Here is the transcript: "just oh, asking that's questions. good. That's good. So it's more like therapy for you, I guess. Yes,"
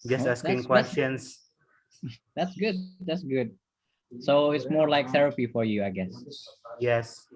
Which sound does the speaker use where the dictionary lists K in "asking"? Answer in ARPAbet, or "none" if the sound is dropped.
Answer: none